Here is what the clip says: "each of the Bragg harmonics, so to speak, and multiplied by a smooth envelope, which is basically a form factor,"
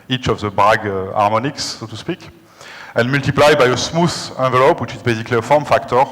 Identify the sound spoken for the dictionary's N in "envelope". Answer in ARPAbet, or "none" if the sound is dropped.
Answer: none